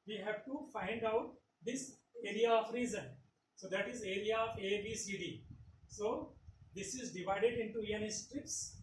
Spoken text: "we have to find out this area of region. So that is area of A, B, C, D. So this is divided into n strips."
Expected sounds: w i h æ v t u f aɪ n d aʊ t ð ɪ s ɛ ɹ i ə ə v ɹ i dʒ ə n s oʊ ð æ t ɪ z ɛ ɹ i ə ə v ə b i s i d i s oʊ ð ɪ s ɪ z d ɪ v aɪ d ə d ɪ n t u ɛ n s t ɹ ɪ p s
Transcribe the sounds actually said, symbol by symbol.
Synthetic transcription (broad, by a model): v i h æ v t u f aɪ n d aʊ t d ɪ s ɛ ɹ i ə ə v ɹ i z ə n s oʊ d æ t ɪ z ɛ ɹ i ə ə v ə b i s i d i s oʊ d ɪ s ɪ z d ɪ v aɪ d ə d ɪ n t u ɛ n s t ɹ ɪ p s